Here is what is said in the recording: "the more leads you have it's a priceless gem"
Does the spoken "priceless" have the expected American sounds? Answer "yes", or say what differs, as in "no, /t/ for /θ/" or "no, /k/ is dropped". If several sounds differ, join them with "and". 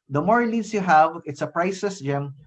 no, /l/ is dropped